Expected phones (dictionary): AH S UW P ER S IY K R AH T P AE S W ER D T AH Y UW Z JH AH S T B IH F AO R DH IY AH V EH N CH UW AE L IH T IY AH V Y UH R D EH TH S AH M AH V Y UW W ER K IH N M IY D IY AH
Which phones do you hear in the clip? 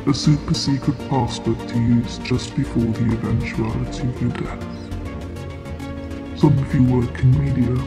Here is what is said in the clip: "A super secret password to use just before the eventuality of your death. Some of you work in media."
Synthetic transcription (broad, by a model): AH S UW P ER S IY K R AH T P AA S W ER T AH Y UW Z JH AH S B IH F AO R DH IY AH V EH N CH UW AE L IH T IY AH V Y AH D EH TH S AH M AH V Y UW W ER K IH N M IY D IY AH